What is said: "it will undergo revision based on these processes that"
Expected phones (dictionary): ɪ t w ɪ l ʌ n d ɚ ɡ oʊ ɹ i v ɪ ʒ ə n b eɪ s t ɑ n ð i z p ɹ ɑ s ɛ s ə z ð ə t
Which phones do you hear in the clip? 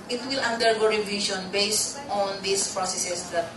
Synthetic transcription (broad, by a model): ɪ t w ɪ l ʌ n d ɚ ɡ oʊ ɹ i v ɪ ʃ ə n b eɪ s t ɑ n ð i s p ɹ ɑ s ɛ s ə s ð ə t